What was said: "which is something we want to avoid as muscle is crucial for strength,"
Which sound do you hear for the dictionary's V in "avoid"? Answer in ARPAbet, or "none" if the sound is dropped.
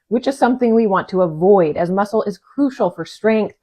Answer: V